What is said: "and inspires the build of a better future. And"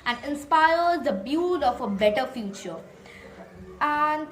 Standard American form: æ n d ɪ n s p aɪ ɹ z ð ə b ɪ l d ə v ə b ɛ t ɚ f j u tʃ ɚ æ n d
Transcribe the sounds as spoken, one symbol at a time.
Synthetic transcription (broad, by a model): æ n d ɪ n s p aɪ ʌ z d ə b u d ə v ə b ɛ t ɚ f j u tʃ ɚ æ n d